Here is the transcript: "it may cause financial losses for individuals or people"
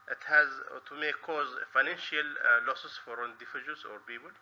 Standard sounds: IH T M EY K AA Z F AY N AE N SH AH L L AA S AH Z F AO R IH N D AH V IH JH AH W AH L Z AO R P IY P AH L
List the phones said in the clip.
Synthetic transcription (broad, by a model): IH T M EY K AA Z F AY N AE N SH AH L L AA S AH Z F AO R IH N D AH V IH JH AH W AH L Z AO R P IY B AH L